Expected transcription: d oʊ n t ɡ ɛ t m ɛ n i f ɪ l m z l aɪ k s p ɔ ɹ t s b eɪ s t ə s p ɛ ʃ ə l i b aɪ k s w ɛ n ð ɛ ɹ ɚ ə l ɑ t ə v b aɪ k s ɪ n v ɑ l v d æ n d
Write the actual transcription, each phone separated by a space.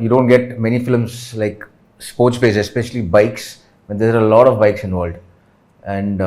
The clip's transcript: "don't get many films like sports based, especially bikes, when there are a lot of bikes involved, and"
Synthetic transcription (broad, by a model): d oʊ n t ɡ ɛ t m ɛ n i f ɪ l m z l aɪ k s p ɔ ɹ t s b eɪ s ə s p ɛ ʃ ə l i b aɪ k s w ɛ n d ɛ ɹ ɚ ə l ɑ t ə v b aɪ k s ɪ n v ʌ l d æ n d